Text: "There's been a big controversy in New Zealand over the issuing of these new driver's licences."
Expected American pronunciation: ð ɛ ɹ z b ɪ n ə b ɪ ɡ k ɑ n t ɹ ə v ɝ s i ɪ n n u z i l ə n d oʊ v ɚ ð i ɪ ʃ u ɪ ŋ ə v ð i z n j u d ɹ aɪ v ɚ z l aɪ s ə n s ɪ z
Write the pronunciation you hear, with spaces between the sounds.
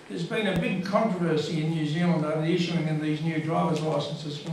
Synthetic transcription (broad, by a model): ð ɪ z b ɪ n ə b ɪ ɡ k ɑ n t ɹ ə v ɝ s i ɪ n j u z i l ə n d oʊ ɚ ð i ɪ ʃ u ɪ ŋ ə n ð i z n j u d ɹ aɪ v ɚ z l aɪ s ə n s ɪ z